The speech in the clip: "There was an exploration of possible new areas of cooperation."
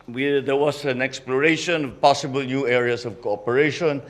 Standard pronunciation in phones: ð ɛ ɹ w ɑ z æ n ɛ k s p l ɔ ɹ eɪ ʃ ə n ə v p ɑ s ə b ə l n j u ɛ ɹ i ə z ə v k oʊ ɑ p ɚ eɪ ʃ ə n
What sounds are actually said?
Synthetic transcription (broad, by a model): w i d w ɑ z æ n ɛ k s p l ɔ ɹ eɪ ʃ ə n ə v p ɑ s ə b ə l n j u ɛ ɹ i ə s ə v k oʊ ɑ p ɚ eɪ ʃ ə n